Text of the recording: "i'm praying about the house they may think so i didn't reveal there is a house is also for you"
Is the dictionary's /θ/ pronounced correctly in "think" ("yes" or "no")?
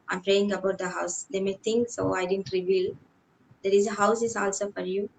no